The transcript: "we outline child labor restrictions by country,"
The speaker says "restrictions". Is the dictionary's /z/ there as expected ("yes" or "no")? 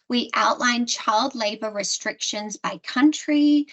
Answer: yes